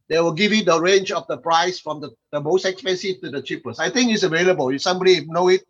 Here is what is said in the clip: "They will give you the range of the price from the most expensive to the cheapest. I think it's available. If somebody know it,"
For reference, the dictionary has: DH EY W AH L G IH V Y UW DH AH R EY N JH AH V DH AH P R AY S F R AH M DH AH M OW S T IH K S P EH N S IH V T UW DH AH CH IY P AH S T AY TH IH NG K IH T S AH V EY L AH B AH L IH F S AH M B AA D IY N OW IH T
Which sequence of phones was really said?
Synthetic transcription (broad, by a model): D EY W AH L G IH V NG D AH R EY N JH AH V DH AH P R AY S F R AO M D AH M OW S T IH K S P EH N S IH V T UW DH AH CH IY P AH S AY T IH NG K IH T S AH V EY L AH B AH L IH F S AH M B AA D IY N OW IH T